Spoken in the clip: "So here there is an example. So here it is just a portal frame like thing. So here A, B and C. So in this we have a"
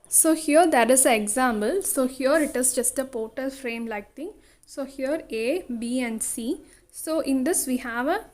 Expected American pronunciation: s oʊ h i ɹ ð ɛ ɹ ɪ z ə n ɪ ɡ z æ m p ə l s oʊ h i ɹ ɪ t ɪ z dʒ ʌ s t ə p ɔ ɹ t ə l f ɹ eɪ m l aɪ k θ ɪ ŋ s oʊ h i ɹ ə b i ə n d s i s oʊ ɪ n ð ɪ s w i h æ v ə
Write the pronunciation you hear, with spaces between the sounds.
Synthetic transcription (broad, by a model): s oʊ h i ɹ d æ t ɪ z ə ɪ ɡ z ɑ m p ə l s oʊ h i ɹ ɪ t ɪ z dʒ ʌ s t ə p ɔ ɹ t ə l f ɹ eɪ m l aɪ k t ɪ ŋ s oʊ h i ɹ ə b i ə n d s i s oʊ ɪ n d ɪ s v i h æ v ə